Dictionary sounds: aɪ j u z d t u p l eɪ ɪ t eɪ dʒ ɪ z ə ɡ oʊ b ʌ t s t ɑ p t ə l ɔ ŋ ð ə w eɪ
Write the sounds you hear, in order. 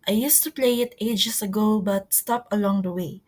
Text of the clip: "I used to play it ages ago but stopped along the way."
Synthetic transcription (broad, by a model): aɪ j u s t u p l eɪ ɪ t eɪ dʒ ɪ s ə ɡ oʊ b ʌ t s t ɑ p ə l ɔ ŋ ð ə w eɪ